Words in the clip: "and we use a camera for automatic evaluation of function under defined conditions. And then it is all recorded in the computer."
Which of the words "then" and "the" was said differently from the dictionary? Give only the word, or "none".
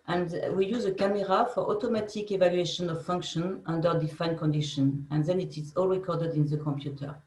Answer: none